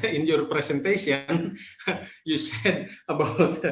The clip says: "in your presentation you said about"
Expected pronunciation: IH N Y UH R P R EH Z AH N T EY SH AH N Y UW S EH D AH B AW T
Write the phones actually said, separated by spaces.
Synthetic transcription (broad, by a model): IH N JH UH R P R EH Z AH N T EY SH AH N Y UW S EH D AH B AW T